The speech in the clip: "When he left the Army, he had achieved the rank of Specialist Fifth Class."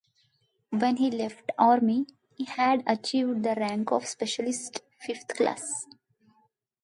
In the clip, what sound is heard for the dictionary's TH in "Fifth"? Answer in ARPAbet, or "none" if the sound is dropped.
T